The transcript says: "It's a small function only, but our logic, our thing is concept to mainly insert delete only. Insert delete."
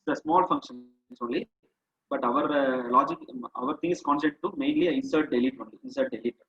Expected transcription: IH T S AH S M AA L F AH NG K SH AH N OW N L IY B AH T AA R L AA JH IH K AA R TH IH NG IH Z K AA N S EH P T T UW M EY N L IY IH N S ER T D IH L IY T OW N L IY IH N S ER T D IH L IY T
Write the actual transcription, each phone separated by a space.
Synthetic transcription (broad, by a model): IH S AH S M AA L F AH NG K SH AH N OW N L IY B AH T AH R L AA JH IH K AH R T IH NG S K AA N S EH T T UW M EY N L IY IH N S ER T D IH L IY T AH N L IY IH N S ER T D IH L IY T